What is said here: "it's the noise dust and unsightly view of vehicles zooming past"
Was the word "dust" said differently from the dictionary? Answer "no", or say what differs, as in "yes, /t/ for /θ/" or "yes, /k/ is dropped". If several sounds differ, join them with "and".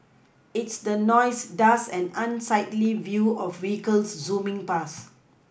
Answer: yes, /t/ is dropped